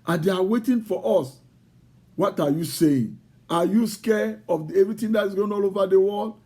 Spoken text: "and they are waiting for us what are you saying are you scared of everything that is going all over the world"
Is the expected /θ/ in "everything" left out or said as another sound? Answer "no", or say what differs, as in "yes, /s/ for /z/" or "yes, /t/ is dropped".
yes, /t/ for /θ/